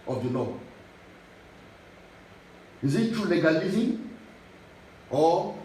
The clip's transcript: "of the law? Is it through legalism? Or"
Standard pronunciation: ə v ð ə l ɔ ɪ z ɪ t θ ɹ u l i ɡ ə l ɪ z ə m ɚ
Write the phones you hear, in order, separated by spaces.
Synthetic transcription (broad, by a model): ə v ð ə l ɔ ɪ z ɪ t t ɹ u l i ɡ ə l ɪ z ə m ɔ